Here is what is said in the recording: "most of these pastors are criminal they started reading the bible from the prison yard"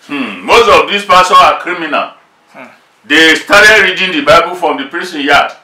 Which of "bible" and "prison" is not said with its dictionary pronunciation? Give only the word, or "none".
prison